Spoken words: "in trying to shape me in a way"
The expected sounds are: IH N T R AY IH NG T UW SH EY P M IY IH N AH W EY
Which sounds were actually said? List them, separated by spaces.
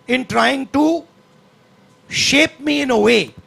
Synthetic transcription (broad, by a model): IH N T R AY IH NG T UW SH EY P M IY IH N AH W EY